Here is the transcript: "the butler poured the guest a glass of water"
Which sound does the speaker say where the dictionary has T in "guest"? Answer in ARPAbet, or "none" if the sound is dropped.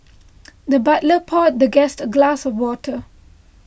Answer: T